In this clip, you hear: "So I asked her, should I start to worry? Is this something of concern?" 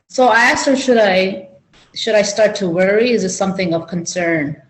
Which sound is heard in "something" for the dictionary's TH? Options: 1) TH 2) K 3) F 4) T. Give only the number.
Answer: 1